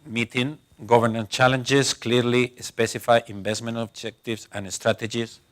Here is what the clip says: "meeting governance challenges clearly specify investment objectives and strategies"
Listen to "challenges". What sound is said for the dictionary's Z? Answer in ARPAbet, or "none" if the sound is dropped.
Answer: S